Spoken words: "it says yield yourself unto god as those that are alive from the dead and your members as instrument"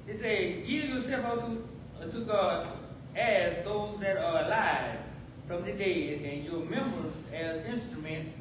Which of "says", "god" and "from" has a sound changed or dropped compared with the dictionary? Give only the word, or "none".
says